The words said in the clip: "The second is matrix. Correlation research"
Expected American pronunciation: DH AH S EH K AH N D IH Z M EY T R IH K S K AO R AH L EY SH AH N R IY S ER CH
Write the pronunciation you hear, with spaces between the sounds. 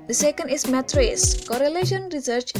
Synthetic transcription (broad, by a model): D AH S EH K AH N D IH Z M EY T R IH S K AO R AH L EY SH AH N R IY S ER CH